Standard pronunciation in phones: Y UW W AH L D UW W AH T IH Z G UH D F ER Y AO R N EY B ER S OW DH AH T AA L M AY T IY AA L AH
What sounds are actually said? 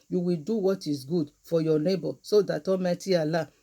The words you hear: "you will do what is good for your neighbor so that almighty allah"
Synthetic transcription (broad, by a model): Y UW W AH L D UW W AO T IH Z G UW D F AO Y AO N EY B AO S OW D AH T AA M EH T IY AA L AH